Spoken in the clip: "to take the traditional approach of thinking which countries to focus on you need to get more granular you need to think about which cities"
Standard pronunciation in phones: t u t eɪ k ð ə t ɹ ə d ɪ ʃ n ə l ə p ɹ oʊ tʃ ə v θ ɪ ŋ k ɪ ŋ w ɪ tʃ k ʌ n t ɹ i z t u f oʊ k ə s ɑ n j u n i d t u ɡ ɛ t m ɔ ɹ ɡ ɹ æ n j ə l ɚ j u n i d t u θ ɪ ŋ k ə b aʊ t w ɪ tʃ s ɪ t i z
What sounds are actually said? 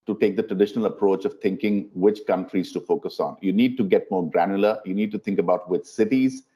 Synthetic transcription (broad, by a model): t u t eɪ k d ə t ɹ ə d ɪ ʃ n ə l ə p ɹ oʊ tʃ ə v t ɪ ŋ k ɪ ŋ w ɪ tʃ k ʌ n t ɹ i z t u f oʊ k ə s ɑ n j u n i d t u ɡ ɛ t m ɔ ɹ ɡ ɹ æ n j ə l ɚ j u n i d t u t ɪ ŋ k ə b aʊ t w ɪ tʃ s ɪ t i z